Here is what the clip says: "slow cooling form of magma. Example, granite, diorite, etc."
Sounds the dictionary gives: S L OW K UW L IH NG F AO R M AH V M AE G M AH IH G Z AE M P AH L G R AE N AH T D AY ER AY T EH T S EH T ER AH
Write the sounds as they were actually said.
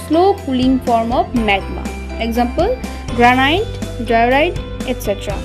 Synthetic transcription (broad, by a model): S L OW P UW L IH NG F AO R M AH P M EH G M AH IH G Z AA M P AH L G R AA N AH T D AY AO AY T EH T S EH T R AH